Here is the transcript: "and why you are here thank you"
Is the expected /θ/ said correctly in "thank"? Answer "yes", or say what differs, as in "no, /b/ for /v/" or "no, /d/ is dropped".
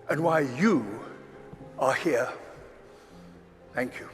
yes